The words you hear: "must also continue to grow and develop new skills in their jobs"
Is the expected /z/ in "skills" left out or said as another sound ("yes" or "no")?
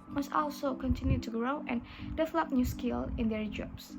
yes